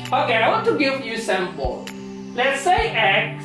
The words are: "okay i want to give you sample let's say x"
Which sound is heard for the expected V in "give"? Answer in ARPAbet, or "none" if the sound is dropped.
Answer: F